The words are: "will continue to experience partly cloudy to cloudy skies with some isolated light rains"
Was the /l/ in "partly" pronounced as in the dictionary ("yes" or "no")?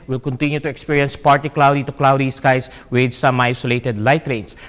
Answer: no